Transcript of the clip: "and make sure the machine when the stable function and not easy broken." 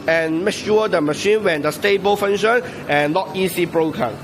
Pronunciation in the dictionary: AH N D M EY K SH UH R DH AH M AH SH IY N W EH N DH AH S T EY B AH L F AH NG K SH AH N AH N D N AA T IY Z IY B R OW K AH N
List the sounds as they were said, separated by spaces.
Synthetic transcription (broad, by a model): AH N M EY K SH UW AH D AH M AH SH IY N W EH N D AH S T EY B AH L F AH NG SH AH N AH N N AA T IY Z IY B R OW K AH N